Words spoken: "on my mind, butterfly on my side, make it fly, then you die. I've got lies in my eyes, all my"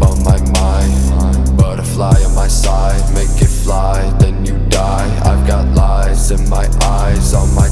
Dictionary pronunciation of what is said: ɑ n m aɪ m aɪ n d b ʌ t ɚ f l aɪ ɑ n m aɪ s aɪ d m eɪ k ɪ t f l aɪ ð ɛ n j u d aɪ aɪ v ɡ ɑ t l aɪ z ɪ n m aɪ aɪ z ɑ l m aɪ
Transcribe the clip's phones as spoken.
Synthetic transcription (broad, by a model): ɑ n m aɪ m aɪ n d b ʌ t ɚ f l aɪ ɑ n m aɪ s aɪ d m eɪ k ɪ t f l aɪ ð ɛ n j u d aɪ aɪ v ɡ ɑ t l aɪ z ɪ n m aɪ aɪ z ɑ n m aɪ